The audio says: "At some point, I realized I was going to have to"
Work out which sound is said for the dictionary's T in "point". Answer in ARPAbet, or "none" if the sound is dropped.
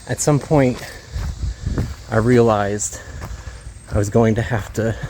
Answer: T